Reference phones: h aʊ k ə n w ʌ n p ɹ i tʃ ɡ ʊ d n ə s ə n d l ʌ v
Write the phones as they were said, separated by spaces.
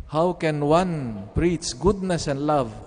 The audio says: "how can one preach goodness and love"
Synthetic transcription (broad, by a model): h aʊ k ə n w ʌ n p ɹ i s ɡ ʊ d n ə s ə n l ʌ v